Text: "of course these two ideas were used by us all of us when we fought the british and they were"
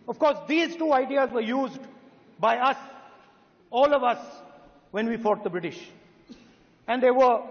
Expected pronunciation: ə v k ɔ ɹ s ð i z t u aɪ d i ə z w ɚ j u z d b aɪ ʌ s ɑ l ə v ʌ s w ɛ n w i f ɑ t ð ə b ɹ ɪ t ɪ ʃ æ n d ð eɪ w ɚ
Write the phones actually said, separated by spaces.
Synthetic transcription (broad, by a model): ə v k ɔ ɹ s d i z t u aɪ d i ə z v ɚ j u z d b aɪ ʌ s ɑ l ə v ʌ s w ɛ n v i f ɑ t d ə b ɹ ɪ t ɪ ʃ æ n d eɪ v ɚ